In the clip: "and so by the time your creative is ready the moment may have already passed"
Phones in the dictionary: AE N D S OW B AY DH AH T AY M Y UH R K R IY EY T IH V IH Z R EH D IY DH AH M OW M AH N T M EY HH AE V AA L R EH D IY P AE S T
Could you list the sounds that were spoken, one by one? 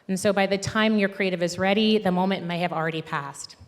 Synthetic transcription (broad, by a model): N S OW B AY DH AH T AY M Y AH R K R IY EY T IH V IH Z R EH D IY DH AH M OW M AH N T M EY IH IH V L R EH D IY P AE S T